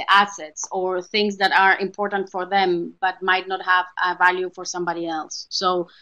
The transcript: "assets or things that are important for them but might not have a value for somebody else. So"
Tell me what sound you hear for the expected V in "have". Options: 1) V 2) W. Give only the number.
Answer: 1